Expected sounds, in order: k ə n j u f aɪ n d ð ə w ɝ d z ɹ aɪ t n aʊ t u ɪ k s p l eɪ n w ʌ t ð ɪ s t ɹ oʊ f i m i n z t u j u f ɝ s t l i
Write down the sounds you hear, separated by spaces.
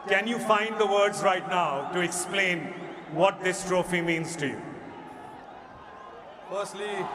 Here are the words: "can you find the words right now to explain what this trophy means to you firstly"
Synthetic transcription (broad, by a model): k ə n j u f aɪ n d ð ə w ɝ d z ɹ aɪ t n aʊ t u ɪ k s p l eɪ n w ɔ t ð ɪ s t ɹ oʊ f i m i n z t u j u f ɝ s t l i